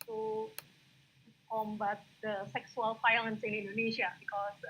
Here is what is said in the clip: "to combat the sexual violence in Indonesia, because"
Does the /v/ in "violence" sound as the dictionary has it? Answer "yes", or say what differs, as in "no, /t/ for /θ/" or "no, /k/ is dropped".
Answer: no, /f/ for /v/